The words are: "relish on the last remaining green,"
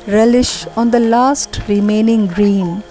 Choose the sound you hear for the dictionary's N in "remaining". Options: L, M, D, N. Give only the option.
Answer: N